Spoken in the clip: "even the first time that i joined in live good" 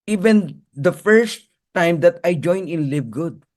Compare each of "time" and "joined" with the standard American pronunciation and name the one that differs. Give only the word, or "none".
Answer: joined